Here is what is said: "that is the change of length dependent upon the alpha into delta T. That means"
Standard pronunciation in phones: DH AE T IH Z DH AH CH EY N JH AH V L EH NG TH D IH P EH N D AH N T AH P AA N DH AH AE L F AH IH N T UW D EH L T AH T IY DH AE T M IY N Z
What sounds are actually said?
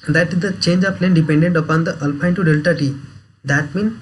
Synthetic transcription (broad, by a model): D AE T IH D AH CH EY N JH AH P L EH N D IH P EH N D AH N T AH P AA N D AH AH L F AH IH N T UW D EH L T AH T IY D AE T M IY N